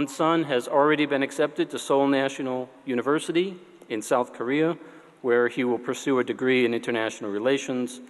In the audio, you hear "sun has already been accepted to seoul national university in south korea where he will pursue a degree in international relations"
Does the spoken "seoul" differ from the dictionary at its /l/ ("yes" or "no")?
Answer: no